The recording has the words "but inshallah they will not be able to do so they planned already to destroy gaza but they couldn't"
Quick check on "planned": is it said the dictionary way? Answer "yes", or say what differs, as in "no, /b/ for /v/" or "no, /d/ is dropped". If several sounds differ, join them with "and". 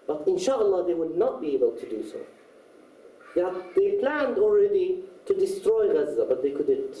yes